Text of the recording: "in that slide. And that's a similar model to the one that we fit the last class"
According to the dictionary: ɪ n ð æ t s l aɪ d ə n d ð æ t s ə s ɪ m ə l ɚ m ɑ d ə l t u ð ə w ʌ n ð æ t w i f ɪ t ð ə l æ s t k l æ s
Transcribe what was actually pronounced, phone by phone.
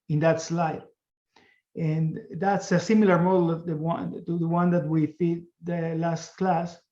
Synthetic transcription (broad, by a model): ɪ n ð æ t s l aɪ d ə n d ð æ t s ə s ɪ m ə l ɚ m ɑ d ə n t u ð ə w ʌ n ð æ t w i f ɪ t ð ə l æ s t k l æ s